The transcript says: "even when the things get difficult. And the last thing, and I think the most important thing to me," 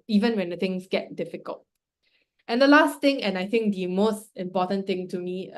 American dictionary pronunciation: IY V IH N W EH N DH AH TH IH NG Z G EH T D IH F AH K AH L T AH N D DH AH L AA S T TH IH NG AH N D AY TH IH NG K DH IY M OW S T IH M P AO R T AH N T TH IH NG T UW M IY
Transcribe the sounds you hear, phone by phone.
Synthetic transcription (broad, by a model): IY V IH N W EH N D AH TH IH NG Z G EH T D IH F AH K AH L T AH N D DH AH L AA S T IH NG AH N AY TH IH NG K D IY M OW S T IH M P AO T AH N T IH NG T UW M IY